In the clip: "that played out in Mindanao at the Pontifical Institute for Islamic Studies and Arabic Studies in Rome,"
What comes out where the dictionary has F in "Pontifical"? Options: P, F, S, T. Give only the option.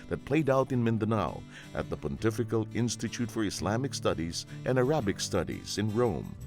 F